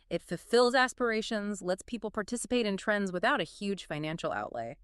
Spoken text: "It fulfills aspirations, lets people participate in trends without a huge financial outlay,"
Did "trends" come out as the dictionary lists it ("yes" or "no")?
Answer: yes